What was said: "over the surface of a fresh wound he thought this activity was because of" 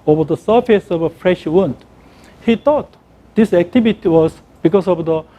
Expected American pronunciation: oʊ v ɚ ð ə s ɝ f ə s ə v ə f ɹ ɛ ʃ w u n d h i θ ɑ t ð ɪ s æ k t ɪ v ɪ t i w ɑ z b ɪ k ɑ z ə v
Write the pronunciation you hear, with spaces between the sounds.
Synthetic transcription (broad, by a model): oʊ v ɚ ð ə s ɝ f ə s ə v ə f ɹ ɛ ʃ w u n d h i t ɑ t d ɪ s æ k t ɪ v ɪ t i w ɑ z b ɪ k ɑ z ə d